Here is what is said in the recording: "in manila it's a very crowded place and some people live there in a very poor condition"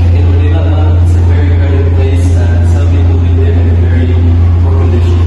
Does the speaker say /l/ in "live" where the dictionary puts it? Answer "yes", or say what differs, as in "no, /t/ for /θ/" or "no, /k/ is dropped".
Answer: no, /w/ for /l/